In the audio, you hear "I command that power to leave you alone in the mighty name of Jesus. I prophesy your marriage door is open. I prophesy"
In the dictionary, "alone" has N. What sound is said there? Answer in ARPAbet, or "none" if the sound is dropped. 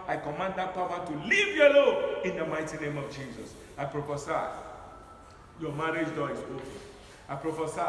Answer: none